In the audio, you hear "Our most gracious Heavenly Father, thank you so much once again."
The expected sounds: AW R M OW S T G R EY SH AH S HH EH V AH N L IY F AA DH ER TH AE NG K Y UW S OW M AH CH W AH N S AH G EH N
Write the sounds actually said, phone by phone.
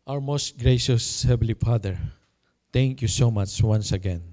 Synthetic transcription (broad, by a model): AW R M OW S T G R EY SH AH S HH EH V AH L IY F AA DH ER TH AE NG K Y UW S OW M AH CH W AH N S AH G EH N